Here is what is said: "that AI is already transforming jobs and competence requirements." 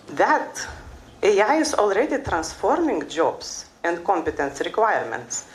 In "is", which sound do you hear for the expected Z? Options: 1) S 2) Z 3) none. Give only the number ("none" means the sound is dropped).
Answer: 1